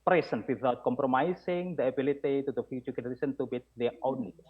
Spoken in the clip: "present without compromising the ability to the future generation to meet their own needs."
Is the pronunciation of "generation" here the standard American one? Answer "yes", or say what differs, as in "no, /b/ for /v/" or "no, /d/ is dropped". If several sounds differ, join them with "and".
no, /s/ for /ʃ/